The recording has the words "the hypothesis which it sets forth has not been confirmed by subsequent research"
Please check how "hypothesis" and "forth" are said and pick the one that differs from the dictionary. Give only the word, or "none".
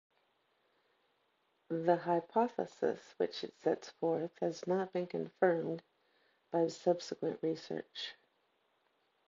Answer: none